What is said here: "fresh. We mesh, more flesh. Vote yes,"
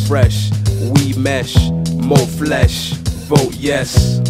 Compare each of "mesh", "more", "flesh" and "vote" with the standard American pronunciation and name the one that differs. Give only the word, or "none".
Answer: vote